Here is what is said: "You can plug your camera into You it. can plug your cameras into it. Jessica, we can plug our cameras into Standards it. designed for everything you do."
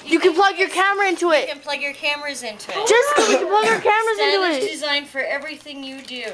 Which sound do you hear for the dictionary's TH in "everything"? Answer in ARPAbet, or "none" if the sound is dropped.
TH